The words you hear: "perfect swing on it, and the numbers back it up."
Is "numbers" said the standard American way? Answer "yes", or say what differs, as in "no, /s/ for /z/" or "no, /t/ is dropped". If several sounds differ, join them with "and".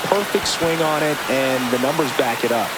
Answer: yes